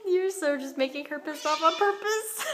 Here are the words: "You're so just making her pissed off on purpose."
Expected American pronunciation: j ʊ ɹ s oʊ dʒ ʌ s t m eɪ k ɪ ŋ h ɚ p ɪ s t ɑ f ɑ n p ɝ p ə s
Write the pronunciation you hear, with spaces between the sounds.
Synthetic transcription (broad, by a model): j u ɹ s oʊ dʒ ʌ s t m eɪ k ɪ ŋ h ɚ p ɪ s ɑ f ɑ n p ɝ p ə s